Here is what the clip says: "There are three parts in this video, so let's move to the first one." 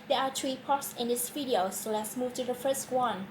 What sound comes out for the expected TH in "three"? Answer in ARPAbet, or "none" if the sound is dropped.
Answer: T